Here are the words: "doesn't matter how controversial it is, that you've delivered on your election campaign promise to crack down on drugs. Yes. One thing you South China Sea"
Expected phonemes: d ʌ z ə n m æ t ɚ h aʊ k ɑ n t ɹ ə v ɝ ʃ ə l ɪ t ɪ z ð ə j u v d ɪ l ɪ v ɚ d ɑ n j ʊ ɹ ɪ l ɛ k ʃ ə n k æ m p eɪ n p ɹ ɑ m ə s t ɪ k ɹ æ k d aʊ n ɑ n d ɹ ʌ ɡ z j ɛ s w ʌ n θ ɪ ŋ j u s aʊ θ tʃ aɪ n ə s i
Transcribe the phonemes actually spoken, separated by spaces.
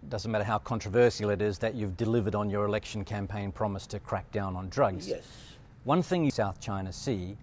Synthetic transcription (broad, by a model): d ʌ z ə n m æ t ɚ h aʊ k ɑ n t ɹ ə v ɝ s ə l ɪ t ɪ z ð ə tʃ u v d ɪ l ɪ v ɚ d n j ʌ ɹ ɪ l ɛ k ʃ n k æ m p eɪ n p ɹ ɑ m ə s t ɪ k ɹ æ k d aʊ n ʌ n d ɹ ʌ ɡ z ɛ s w ʌ n θ ɪ ŋ j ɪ s aʊ θ tʃ aɪ n ə s i